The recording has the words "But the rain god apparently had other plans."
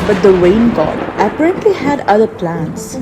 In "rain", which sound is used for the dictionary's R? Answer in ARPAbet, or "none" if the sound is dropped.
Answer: W